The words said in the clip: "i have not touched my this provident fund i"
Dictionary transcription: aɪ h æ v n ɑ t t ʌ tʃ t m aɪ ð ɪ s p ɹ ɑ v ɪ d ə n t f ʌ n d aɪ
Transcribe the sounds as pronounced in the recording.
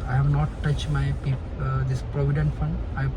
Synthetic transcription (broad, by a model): aɪ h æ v n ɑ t t ʌ tʃ t m aɪ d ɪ s p ɹ ɑ v ɪ d ə n t f ʌ n d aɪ